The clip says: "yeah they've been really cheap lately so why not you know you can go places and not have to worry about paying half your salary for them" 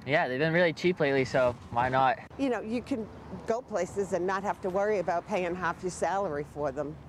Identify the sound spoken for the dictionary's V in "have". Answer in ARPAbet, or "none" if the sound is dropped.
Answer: F